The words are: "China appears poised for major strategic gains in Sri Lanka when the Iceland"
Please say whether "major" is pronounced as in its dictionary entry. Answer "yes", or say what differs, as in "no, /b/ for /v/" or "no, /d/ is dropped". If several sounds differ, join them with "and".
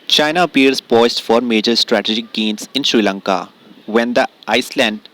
yes